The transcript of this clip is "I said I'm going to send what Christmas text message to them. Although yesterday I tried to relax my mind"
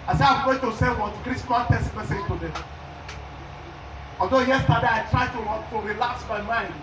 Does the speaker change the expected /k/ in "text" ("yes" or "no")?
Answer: yes